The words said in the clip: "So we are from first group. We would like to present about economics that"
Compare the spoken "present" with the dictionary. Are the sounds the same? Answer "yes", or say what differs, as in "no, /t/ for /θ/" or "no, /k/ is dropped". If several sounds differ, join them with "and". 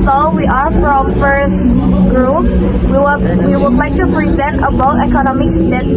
yes